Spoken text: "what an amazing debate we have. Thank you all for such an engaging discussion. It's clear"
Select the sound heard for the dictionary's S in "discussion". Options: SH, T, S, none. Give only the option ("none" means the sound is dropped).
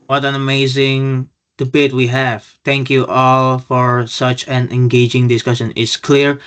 S